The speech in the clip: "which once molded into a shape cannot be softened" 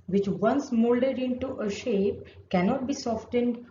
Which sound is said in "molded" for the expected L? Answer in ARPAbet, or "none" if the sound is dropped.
L